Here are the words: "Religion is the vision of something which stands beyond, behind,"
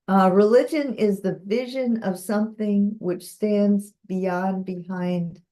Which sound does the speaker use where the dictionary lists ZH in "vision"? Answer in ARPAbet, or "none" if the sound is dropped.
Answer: ZH